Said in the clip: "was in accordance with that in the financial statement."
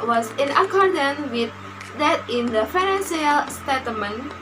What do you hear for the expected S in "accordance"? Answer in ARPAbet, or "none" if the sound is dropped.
none